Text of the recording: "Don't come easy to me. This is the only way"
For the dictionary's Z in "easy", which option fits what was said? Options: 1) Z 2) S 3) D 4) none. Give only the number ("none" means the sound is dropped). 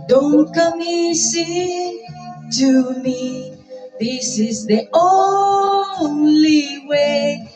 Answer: 2